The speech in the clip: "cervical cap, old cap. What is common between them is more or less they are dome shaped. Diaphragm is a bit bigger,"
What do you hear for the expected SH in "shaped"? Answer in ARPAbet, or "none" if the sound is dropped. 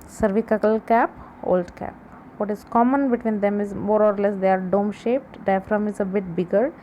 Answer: SH